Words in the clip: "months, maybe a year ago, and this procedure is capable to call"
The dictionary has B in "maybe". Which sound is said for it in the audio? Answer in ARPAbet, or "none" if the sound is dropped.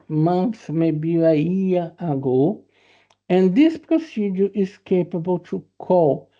B